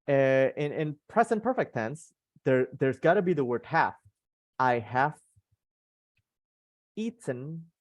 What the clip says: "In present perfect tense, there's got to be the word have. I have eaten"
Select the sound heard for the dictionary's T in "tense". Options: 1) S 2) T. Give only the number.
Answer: 1